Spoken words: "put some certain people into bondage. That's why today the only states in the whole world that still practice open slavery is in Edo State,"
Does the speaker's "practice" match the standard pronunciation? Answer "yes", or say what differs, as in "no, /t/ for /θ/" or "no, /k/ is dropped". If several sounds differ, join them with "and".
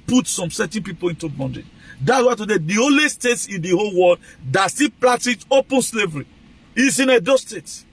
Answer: no, /l/ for /ɹ/ and /k/ is dropped